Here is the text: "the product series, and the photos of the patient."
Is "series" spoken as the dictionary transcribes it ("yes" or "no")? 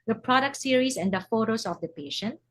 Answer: no